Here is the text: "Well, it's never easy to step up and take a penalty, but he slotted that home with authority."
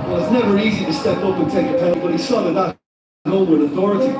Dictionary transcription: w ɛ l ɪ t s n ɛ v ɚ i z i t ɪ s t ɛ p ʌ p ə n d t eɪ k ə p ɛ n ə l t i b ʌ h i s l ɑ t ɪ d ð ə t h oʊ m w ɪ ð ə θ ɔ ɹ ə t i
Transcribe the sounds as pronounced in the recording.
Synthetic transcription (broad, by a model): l ɪ t s n ɛ v ɚ i z i t ɪ s t ɛ p ʌ p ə n t eɪ ə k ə t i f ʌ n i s ɑ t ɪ ð ə t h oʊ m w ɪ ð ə θ ɔ ɹ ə t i